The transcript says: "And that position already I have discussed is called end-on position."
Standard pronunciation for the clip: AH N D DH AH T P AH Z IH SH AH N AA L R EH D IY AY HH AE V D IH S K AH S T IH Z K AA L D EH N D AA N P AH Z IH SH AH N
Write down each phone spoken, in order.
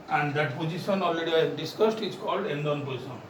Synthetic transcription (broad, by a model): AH N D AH T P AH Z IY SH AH N AA L R EH D IY AY D IH S K AH S T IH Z K AA L D EH N D AA N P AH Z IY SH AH N